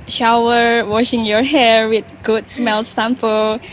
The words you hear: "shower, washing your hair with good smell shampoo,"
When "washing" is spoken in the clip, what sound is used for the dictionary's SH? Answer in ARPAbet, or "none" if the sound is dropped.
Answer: SH